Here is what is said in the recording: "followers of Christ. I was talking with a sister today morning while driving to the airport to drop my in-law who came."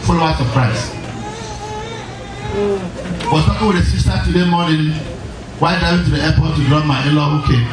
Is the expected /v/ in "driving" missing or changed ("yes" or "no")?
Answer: yes